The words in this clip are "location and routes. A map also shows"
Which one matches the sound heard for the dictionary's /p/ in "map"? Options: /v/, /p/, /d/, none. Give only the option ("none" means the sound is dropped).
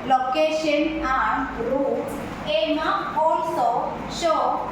none